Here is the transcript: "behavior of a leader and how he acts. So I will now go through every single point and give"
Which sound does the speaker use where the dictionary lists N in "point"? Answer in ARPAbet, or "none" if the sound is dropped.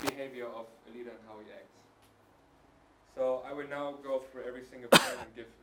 none